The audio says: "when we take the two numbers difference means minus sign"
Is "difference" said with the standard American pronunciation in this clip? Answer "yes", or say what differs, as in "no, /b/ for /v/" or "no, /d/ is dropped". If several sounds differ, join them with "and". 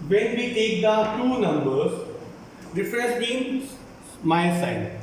no, /n/ is dropped